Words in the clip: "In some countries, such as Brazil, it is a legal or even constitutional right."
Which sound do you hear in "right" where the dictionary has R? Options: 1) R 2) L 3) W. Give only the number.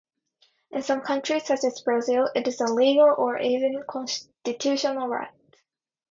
1